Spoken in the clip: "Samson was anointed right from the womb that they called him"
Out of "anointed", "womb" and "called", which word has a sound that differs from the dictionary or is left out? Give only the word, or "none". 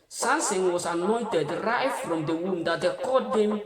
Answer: called